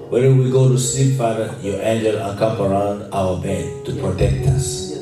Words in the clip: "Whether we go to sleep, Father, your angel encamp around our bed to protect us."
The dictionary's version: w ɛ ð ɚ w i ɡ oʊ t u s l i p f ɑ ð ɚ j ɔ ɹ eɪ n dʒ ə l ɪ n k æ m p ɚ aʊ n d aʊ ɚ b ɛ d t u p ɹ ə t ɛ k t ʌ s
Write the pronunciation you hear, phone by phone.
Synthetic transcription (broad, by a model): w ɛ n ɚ w i ɡ oʊ t u s i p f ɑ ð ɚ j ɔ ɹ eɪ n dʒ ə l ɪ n k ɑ m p ɚ aʊ n d aʊ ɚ b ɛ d t u p ɹ ə t ɛ k t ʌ s